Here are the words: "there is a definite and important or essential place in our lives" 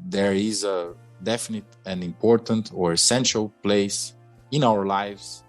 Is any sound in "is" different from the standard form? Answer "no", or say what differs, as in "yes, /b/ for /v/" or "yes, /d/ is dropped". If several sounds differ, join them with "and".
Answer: no